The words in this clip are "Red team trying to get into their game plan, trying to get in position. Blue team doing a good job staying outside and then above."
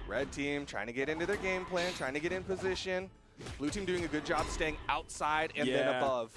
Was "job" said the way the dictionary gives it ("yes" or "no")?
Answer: yes